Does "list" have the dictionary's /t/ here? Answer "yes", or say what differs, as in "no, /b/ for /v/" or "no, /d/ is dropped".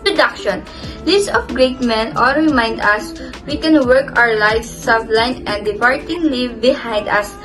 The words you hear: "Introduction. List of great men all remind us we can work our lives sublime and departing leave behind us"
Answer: no, /t/ is dropped